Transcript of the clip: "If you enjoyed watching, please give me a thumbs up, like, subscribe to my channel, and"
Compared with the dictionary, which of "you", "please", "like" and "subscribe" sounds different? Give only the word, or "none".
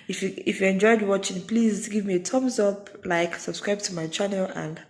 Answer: none